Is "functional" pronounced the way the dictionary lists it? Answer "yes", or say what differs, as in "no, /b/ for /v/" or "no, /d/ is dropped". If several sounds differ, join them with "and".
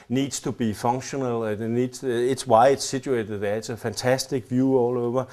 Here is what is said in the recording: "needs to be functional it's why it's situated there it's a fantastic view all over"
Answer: no, /k/ is dropped